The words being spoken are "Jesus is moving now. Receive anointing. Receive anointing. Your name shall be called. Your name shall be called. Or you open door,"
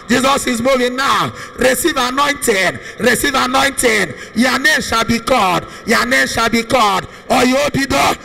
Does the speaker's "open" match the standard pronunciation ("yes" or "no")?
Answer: no